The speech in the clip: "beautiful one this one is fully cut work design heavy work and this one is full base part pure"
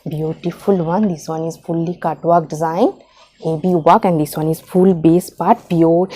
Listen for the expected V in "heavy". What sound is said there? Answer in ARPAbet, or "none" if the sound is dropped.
B